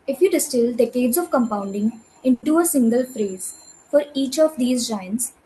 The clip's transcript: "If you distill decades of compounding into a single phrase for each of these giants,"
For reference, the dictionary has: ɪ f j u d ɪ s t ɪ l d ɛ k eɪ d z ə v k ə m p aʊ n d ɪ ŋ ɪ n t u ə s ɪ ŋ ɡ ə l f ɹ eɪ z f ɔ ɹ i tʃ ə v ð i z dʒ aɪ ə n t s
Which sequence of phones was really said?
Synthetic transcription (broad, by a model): ɪ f j u d ɪ s t ɪ l d ɛ k eɪ d z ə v k ə m p aʊ n d ɪ ŋ ɪ n t u ə s ɪ ŋ ɡ ə l f ɹ eɪ z f ɔ ɹ i tʃ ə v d i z dʒ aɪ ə n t s